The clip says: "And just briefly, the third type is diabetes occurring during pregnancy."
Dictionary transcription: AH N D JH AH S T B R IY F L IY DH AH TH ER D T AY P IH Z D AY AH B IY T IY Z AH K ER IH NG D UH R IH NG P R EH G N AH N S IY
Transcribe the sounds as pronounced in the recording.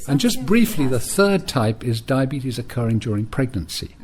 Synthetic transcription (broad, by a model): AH N JH AH S B R IY F L IY DH AH TH ER D T AY P IH Z D AY AH B IY T IY Z AH K ER IH NG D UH R IH NG P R EH G N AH N S IY